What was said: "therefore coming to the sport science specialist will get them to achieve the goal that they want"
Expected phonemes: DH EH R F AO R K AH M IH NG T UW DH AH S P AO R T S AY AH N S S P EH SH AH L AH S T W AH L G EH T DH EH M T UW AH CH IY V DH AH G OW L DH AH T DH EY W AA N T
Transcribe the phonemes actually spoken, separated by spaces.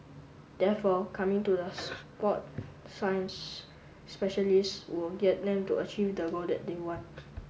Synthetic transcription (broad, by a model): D EH F AO K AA M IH NG T UW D AH S P AO T S AY AH N S S P EH SH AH L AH S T W AH L G EH T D EH M T UW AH CH IY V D AH G OW L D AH T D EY W AA N T